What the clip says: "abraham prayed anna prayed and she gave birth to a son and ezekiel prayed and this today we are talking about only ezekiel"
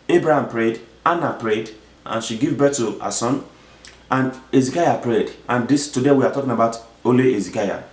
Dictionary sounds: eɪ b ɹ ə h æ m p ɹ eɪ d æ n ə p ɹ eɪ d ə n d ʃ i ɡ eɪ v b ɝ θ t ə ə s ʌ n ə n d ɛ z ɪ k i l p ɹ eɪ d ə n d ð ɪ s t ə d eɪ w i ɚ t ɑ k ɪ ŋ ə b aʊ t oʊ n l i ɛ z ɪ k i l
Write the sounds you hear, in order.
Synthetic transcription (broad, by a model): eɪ b ɹ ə h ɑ m p ɹ eɪ d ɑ n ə p ɹ eɪ d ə n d ʃ i ɡ eɪ v b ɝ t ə ə s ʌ n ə n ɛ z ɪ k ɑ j p ɹ eɪ d ə n d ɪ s t ə d eɪ w i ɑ t ɑ k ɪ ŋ ə b aʊ t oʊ l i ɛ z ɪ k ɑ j